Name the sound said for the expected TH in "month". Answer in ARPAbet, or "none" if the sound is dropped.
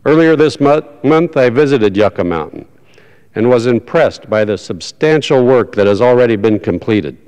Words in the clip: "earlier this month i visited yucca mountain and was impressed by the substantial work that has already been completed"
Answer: TH